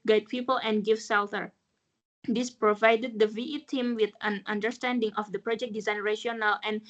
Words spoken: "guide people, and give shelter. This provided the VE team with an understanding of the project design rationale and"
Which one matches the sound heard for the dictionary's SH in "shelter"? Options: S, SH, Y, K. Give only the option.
S